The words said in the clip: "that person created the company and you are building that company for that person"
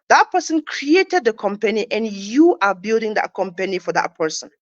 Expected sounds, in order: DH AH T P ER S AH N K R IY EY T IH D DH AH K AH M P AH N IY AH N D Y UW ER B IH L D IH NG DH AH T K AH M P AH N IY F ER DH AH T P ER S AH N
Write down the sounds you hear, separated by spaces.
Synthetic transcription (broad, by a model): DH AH T P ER S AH N K R IY EY T IH D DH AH K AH M P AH N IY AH N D Y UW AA B IH L D IH NG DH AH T K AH M P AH N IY F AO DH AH T P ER S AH N